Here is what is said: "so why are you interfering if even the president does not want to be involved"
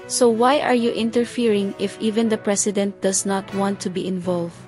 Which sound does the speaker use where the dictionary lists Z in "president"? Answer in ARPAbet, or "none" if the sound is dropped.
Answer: S